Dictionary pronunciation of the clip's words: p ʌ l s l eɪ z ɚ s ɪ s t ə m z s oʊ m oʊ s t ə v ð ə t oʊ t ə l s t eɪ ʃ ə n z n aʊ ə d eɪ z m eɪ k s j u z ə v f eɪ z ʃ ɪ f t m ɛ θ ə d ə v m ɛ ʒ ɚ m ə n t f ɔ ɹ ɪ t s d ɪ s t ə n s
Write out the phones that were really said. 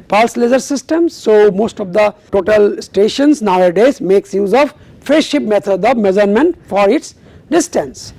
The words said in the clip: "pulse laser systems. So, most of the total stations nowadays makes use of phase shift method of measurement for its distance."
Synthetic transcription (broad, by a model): p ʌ l s l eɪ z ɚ s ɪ s t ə m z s oʊ m oʊ s t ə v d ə t oʊ t ə l s t eɪ ʃ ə n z n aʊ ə d eɪ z m eɪ k s j u z ə v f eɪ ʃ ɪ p m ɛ t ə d ə v m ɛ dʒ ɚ m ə n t f ɔ ɹ ɪ t s d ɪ s t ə n s